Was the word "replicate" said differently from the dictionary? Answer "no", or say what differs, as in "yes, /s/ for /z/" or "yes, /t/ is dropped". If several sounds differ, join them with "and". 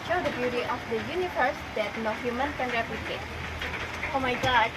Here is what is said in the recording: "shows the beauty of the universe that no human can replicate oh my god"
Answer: yes, /l/ is dropped